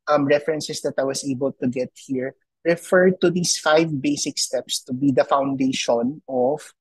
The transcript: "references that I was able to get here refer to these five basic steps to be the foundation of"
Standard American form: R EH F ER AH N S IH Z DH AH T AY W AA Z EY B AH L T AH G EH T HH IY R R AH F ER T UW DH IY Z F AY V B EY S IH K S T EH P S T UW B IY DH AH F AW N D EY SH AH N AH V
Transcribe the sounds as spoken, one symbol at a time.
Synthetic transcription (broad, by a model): R EH F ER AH N S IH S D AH T AY W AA S EY B AH L T AH G EH T HH IY R R AH F ER T UW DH IY S F AY V B EY S IH K S T EH P S T UW B IY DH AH F AW N D EY SH AH N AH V